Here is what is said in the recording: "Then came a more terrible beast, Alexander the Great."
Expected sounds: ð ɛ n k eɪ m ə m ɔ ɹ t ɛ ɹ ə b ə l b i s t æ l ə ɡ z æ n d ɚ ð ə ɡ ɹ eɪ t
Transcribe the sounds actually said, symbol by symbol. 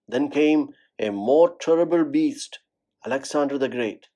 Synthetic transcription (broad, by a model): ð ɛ n k eɪ m ə m ɔ ɹ t ɛ ɹ ə b ə l b i s t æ l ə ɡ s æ n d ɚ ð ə ɡ ɹ eɪ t